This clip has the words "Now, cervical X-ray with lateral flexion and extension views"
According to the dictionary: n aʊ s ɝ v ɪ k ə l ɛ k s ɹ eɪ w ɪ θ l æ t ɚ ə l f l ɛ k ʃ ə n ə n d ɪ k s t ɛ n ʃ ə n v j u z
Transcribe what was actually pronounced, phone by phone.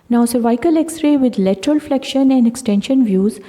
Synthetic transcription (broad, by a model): n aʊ s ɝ v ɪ k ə l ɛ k s ɹ eɪ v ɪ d l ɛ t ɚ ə l f l ɛ k ʃ ə n ə n d ɪ k s t ɛ n ʃ ə n v j u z